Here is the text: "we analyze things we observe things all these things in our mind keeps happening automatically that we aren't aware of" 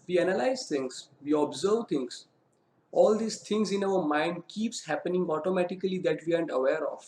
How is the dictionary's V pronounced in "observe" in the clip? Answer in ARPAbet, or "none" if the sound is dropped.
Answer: V